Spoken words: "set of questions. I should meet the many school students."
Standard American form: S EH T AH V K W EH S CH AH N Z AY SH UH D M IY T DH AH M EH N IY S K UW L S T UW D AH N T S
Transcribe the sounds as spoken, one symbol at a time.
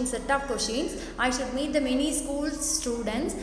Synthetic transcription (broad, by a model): S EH T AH P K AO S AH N S AY SH UH D M IY T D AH M EH N IY S K UW L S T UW D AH N T S